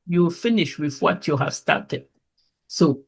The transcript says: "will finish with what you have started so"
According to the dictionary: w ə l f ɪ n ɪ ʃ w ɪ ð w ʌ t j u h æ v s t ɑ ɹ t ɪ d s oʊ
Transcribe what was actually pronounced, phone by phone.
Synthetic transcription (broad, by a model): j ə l f ɪ n ɪ ʃ w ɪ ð w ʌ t j u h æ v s t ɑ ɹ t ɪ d s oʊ